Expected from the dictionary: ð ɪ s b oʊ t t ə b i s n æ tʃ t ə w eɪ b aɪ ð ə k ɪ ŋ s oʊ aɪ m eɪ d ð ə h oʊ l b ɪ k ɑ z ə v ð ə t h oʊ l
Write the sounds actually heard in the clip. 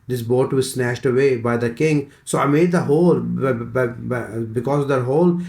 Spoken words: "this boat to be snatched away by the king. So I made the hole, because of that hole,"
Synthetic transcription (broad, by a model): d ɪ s b oʊ t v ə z s n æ ʃ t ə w eɪ b aɪ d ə k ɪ ŋ s oʊ aɪ m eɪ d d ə h oʊ l b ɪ k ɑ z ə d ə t h oʊ l